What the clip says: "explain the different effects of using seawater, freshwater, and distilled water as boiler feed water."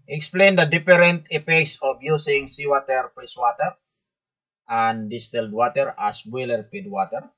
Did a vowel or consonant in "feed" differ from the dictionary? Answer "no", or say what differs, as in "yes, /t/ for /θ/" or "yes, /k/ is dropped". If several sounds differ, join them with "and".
yes, /p/ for /f/